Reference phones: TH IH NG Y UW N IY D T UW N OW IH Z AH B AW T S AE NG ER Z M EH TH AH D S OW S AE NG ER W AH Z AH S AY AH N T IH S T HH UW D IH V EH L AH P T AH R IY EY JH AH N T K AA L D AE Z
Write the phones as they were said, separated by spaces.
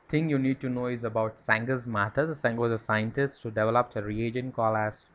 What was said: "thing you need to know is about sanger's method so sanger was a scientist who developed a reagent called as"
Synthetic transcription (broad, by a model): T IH NG Y UW N IY D T UW N OW IH Z AH B AW T S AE NG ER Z M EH T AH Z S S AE NG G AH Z AH S AY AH N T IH S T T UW D IH V EH L AH P T AH R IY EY JH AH N K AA L AE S